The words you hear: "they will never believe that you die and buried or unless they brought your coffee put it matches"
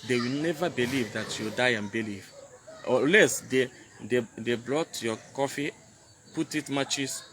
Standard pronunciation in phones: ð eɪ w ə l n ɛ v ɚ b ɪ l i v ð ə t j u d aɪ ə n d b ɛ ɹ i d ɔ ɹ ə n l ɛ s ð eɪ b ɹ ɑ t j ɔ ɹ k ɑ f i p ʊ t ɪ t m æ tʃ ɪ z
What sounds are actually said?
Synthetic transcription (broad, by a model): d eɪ w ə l n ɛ v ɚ b ɪ l i v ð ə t j u d aɪ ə n b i l i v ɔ l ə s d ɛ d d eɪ b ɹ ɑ t j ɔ k ɑ f i p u t ɪ t m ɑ tʃ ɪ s